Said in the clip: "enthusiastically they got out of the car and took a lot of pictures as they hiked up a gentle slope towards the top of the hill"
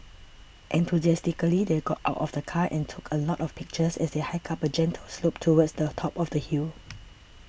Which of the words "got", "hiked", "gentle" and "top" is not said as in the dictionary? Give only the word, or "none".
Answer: hiked